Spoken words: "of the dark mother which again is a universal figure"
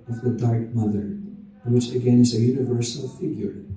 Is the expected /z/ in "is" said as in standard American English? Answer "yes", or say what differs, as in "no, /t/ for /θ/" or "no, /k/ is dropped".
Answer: yes